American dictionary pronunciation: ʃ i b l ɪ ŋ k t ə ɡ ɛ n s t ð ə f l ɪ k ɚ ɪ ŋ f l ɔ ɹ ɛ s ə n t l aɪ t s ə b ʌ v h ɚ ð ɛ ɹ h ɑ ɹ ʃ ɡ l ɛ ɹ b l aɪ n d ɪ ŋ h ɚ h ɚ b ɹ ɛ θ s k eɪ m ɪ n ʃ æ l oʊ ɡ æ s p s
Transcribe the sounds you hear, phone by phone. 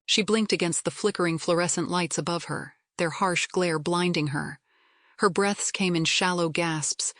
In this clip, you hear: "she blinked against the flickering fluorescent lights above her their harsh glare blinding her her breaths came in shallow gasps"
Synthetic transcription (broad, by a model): ʃ i b l ɪ ŋ k t ə ɡ ɛ n s t ð ə f l ɪ k ɚ ɪ ŋ f l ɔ ɹ ɛ s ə n t l aɪ t s ə b ʌ v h ɚ ð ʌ ɹ h ɑ ɹ ʃ ɡ l ɛ ɹ b l aɪ n d ɪ ŋ ɚ h ɚ b ɹ ɛ θ s k eɪ m ɪ n ʃ æ l oʊ ɡ æ s p s